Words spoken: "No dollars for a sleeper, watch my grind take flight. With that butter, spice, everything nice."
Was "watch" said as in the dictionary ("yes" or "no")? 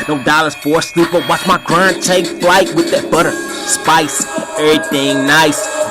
no